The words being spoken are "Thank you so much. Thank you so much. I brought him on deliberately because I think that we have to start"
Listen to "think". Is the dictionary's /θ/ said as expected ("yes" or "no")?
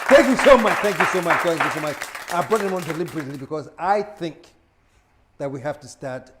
yes